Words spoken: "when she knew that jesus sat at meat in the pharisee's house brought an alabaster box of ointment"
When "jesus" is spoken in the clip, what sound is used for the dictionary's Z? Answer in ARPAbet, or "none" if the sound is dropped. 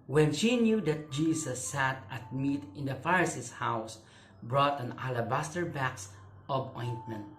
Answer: S